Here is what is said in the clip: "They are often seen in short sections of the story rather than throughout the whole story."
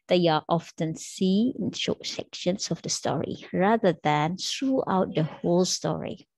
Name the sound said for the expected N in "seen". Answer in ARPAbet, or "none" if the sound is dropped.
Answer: none